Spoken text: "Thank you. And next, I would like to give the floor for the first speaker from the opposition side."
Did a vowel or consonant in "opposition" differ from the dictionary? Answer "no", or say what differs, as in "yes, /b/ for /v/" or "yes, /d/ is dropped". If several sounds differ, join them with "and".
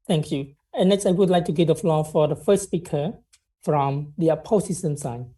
yes, /s/ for /z/ and /s/ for /ʃ/